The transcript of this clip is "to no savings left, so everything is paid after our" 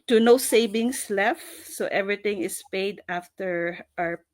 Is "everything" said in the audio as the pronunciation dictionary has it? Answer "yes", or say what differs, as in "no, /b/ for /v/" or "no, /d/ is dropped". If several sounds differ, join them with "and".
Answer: no, /t/ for /θ/